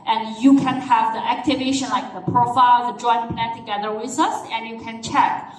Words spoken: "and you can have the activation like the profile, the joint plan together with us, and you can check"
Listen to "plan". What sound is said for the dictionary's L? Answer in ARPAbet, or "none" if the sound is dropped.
none